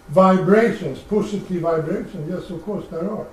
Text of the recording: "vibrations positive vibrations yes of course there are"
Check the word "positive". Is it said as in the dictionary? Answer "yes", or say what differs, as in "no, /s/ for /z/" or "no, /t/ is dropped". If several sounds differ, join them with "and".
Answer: no, /s/ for /z/